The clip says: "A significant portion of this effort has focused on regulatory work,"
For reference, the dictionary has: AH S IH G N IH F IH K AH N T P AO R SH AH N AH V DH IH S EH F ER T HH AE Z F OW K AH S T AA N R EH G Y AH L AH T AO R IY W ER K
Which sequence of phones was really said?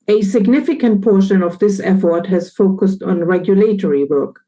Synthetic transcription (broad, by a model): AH S IH G N IH F IH K AH N T P AO R SH AH N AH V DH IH S EH F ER T HH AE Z F OW K AH S T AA N R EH G Y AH L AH T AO R IY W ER K